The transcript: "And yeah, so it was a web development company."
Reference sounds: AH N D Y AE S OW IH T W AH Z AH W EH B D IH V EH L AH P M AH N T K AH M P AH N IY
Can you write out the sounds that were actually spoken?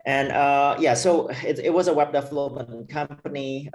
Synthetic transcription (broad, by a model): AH N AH Y AE S OW IH T W AH Z AH W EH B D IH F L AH M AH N K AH M P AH N IY